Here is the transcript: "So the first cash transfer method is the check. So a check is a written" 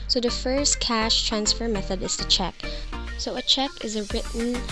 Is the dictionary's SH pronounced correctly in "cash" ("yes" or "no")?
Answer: yes